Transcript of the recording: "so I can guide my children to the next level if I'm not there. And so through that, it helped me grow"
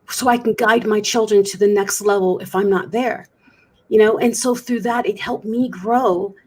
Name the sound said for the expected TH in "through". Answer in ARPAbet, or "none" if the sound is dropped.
TH